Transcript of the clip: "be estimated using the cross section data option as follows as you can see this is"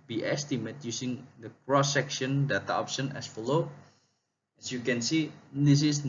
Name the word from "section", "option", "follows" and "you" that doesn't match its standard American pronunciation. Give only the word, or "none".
follows